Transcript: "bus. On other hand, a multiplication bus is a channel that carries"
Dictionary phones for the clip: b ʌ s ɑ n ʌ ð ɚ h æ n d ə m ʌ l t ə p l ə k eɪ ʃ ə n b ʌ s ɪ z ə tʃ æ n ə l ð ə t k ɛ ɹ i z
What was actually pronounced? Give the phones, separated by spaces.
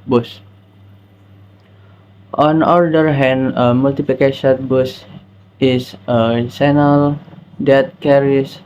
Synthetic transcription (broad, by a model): b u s ɑ n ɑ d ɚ h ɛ n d ə m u l t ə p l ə k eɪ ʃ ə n b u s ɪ s ə s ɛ n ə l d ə t k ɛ ɹ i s